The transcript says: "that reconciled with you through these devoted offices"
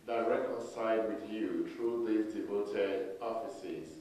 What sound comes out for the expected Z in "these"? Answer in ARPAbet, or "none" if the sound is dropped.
none